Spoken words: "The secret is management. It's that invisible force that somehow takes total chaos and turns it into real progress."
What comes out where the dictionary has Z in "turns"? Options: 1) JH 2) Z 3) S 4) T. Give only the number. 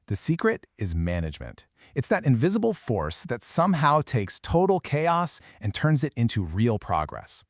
2